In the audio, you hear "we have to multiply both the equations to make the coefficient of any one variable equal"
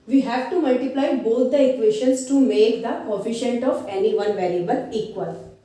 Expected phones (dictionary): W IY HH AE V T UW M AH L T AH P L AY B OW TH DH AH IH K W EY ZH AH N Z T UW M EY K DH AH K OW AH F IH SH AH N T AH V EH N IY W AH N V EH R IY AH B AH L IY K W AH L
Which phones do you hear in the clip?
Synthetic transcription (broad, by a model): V IY HH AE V T UW M AH L T AH P L AY B OW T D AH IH K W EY SH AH N S T UW M EY K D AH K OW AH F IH SH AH N T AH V EH N IY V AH N V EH L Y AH B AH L IY K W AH L